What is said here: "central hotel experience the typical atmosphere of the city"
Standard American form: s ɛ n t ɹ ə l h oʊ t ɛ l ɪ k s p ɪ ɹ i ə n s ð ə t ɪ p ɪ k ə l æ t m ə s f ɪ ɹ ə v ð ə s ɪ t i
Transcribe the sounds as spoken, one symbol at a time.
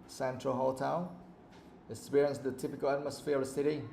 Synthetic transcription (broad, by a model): s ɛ n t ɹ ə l h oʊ t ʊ n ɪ k s p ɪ ɹ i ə n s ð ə t ɪ p ɪ k ə l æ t m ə s f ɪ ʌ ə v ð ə s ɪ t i